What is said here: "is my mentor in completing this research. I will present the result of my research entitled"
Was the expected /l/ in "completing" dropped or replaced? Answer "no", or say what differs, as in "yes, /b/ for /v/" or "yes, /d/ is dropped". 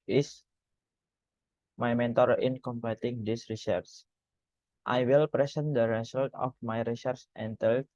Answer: yes, /l/ is dropped